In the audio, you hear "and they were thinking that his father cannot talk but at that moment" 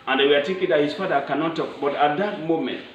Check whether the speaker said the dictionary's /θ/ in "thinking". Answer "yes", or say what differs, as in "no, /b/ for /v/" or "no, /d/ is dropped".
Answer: no, /t/ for /θ/